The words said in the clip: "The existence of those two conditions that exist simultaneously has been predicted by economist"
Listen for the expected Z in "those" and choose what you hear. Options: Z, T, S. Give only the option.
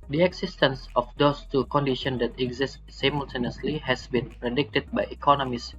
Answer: S